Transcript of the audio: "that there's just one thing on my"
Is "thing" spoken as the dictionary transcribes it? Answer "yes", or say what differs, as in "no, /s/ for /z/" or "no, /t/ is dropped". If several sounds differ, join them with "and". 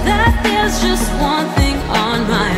yes